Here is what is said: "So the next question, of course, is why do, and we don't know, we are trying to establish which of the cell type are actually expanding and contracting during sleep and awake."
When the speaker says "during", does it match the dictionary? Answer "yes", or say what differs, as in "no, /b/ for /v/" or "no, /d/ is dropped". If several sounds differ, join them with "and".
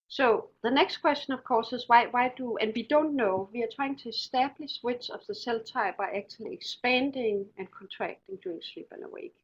no, /ɹ/ is dropped